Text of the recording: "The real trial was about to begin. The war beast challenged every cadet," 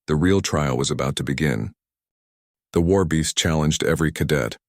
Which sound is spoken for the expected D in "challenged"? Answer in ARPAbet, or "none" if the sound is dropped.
D